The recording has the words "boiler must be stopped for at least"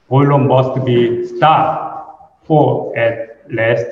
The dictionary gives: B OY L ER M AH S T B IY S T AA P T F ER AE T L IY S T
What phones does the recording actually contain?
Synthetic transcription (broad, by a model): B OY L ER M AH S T B IY S T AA T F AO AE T L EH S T